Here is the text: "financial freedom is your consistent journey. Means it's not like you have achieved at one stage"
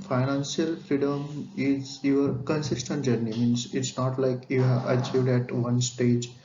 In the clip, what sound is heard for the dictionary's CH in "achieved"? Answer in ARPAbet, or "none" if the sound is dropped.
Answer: CH